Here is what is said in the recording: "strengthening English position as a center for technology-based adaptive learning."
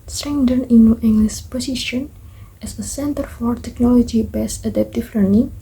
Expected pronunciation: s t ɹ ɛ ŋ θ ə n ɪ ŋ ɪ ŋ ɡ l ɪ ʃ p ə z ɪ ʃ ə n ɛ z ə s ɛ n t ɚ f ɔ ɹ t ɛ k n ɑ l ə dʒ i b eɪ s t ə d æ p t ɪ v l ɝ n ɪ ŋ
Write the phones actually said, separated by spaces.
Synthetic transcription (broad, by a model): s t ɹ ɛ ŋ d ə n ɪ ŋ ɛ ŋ ɡ l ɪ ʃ p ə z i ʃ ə n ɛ s ə s ɛ n t ɚ f ɔ ɹ t ɛ k n ɑ l ə dʒ i b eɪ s ə d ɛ p t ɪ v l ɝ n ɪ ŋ